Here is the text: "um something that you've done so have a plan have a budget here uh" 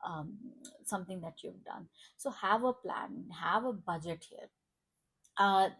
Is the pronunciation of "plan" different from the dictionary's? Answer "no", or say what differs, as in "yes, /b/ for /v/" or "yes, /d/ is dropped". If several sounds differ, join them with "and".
no